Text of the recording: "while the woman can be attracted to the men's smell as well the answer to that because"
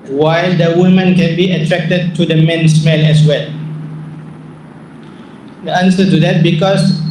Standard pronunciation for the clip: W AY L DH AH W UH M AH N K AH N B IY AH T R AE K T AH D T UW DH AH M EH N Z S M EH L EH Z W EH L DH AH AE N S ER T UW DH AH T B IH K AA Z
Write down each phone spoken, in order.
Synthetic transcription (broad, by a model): W AY L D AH W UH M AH N K AH N B IY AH T R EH K T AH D T UW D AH M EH N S M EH N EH S W EH L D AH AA N S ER T UW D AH T B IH K AA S